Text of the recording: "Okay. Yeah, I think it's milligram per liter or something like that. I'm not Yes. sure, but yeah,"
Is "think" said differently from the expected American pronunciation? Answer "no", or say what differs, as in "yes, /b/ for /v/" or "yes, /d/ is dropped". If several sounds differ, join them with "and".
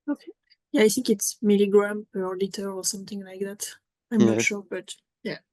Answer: no